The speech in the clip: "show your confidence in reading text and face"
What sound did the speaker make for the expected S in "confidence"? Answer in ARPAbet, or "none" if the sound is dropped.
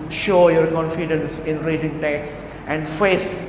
S